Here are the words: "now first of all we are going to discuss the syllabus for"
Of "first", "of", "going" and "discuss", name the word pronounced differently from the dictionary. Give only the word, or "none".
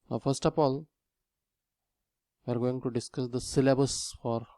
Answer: of